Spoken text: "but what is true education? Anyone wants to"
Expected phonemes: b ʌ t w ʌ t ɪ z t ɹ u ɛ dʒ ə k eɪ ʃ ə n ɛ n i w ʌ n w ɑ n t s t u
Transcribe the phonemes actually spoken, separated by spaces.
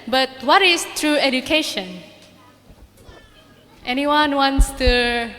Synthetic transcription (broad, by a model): b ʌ t w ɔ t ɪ s t ɹ u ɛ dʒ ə k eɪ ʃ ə n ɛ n i w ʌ n w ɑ n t s t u